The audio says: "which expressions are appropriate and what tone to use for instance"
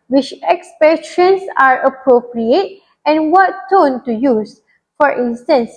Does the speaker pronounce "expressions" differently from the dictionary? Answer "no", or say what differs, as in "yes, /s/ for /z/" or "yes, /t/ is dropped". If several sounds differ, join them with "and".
yes, /ɹ/ is dropped and /s/ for /z/